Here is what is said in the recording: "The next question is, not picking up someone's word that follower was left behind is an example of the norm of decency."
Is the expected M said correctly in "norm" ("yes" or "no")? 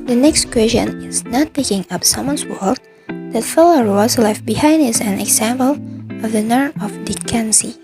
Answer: no